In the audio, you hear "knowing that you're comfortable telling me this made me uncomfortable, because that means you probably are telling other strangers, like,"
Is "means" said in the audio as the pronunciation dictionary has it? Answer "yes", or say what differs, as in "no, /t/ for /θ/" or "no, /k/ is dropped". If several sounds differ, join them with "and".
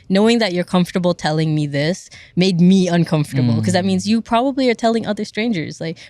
yes